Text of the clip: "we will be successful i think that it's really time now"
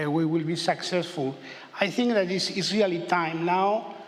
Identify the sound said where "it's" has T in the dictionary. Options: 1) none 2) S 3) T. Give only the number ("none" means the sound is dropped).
2